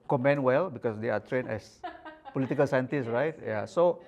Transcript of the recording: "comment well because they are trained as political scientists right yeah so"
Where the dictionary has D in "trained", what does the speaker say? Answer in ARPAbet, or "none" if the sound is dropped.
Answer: none